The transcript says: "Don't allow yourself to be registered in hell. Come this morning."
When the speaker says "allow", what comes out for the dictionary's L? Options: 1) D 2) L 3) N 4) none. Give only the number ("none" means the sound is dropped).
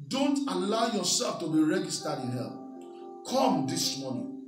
2